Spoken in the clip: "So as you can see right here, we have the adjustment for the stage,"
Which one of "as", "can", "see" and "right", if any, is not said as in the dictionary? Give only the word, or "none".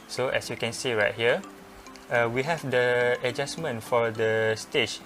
as